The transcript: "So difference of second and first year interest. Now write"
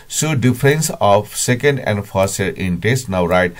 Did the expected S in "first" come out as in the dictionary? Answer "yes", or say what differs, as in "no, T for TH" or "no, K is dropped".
no, S is dropped